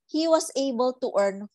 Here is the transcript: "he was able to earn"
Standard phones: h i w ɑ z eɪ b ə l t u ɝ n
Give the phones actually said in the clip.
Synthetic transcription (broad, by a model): h i w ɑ s eɪ b ə l t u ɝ n